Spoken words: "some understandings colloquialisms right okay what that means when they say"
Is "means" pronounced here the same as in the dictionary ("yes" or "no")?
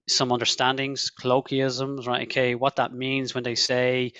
yes